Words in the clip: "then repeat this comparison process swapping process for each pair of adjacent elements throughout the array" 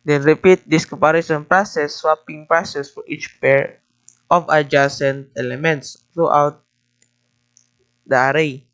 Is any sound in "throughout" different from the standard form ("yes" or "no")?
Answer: yes